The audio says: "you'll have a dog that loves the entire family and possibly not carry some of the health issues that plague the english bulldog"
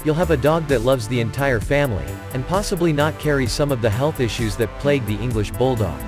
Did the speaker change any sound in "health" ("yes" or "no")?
no